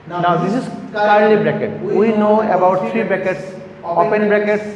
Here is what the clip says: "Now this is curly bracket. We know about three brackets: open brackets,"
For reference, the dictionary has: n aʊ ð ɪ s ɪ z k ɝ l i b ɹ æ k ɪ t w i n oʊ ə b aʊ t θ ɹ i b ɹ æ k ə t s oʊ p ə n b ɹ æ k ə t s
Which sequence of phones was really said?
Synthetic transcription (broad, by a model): n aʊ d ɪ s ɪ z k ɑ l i b ɹ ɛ k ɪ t w i n oʊ ə b aʊ t t ɹ i b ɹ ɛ k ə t s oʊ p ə n b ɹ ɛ k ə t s